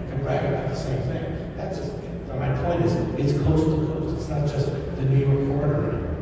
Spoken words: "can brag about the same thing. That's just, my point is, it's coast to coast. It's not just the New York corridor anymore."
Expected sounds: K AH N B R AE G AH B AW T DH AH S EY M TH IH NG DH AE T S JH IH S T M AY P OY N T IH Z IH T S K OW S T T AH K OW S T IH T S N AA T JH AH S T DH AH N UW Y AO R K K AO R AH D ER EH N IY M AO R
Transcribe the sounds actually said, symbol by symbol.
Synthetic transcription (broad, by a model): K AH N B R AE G AH B AW T DH AH S EY M TH IH NG DH AE T S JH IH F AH M AY P OY N T IH Z IH T S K OW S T T AH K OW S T IH T S N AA T JH AH S T DH AH N UW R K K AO R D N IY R